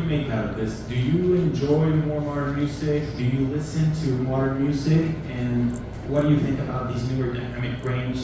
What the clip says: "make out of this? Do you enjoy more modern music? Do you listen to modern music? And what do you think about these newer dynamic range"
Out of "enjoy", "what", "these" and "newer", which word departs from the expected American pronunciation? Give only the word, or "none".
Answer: none